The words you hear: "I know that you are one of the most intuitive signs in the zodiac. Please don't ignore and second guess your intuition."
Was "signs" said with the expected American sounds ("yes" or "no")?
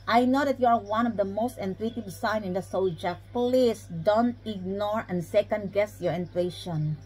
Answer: no